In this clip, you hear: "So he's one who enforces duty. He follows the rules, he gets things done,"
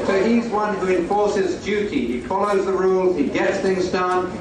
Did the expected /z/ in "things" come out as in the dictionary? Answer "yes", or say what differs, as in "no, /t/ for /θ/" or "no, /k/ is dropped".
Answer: yes